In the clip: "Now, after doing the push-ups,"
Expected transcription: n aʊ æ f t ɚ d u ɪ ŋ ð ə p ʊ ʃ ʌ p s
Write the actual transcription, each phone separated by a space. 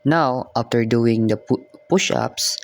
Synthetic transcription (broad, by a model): n aʊ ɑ f t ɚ d u ɪ ŋ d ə p ʊ ʃ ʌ p s